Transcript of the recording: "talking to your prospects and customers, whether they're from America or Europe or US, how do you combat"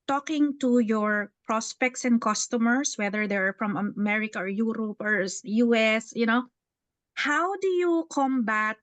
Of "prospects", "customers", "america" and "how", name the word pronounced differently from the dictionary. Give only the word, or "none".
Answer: customers